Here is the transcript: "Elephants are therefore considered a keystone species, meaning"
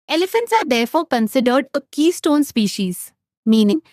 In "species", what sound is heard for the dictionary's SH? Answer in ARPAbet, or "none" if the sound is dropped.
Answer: SH